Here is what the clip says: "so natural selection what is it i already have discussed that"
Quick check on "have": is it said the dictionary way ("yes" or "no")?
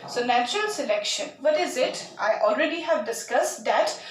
yes